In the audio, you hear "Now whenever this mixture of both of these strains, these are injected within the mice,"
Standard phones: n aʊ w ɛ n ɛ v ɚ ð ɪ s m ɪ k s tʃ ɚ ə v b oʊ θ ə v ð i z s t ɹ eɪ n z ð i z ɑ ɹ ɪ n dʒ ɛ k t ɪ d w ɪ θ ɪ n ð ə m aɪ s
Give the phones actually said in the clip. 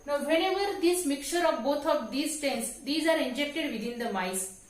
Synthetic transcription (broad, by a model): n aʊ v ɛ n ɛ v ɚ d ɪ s m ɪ k tʃ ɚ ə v b oʊ t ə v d i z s t eɪ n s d i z ɑ ɹ ɪ n dʒ ɛ k t ɪ d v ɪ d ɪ n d ə m aɪ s